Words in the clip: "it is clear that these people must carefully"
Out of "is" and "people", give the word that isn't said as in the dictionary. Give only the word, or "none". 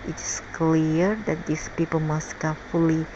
is